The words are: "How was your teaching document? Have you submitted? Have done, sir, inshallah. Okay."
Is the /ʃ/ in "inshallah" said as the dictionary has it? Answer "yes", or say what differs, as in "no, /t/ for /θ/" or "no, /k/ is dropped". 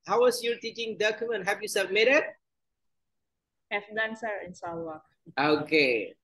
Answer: no, /s/ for /ʃ/